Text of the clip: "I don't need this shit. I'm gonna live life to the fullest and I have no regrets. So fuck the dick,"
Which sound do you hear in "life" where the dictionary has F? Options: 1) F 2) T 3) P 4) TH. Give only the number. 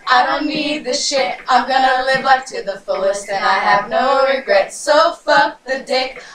3